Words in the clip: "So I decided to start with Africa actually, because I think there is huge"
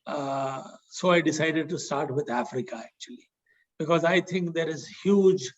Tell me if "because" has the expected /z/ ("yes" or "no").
yes